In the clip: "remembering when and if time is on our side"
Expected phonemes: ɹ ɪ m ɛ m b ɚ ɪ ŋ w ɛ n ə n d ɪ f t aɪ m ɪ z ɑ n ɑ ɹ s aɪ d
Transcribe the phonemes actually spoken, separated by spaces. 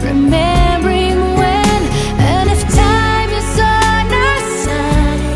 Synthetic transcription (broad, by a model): ɹ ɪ m ɛ m b ɚ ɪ ŋ w ɛ n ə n ɪ f t aɪ m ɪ s ɑ n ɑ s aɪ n